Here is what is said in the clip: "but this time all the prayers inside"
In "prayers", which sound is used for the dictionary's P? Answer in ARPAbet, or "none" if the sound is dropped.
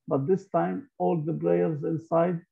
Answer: B